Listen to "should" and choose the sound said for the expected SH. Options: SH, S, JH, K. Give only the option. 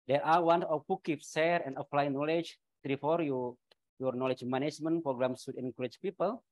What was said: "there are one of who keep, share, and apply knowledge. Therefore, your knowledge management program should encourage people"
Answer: S